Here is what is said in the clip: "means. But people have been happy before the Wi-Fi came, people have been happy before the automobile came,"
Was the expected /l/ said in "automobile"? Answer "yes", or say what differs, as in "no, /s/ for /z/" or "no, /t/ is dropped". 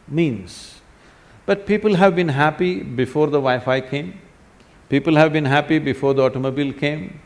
yes